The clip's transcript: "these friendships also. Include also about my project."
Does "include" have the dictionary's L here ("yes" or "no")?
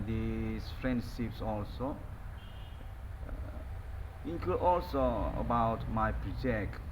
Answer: no